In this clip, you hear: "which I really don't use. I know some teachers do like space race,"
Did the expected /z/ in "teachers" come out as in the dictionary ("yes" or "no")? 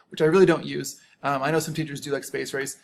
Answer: yes